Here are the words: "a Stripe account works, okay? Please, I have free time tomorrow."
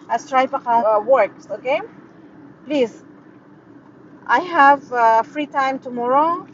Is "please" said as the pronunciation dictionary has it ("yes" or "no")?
yes